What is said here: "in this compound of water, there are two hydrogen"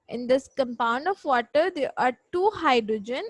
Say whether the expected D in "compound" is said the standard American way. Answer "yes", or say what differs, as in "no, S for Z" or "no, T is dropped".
yes